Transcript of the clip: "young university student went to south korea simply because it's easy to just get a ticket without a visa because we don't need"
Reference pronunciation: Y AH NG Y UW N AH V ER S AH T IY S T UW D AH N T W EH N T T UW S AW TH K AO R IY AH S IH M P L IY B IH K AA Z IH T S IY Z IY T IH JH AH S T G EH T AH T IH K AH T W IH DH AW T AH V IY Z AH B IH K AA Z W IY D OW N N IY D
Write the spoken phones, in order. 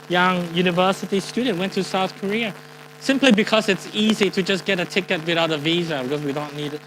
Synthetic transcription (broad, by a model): Y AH NG Y UW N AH V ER S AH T IY S T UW D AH N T W EH N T T UW S AW TH K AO R IY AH S IH M P L IY B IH K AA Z IH T S IY Z IY T IH JH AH S G EH T AH T IH K AH T W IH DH AW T AH V IY Z AH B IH K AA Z W IY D OW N N IY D